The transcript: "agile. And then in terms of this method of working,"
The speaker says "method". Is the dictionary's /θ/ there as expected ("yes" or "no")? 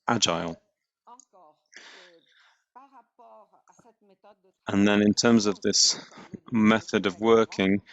yes